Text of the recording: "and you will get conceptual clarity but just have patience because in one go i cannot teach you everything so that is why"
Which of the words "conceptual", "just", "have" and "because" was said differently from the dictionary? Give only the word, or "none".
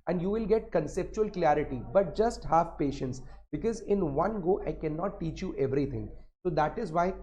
have